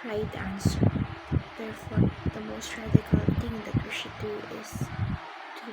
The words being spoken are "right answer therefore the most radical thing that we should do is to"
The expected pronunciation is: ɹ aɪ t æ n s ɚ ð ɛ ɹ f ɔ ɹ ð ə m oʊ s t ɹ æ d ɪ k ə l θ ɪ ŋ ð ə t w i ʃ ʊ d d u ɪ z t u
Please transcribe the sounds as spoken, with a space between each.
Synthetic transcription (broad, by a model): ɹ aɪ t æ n s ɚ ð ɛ ɹ f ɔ ɹ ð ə m oʊ s t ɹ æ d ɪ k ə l t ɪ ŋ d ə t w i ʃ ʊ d d u ɪ z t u